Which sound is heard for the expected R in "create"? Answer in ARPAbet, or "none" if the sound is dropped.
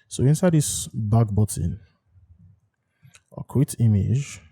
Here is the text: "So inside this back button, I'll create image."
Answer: W